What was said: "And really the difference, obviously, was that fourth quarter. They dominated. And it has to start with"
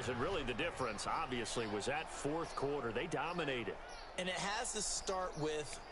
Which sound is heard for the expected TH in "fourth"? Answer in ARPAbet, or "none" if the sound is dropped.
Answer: TH